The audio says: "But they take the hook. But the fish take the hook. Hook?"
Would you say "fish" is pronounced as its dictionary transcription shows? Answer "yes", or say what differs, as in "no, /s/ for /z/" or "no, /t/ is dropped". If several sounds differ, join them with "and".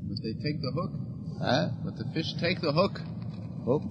yes